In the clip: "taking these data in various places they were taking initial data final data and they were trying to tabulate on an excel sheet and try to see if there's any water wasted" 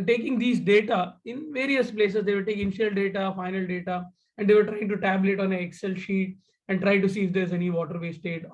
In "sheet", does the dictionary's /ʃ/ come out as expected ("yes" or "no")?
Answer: yes